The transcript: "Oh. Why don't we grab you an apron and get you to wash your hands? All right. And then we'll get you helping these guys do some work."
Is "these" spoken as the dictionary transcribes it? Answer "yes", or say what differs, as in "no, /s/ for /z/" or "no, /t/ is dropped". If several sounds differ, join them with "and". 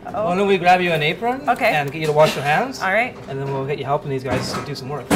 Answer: yes